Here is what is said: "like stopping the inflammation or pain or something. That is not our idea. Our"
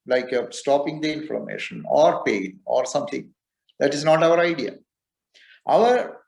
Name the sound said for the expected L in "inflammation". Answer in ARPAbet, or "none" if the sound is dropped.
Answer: none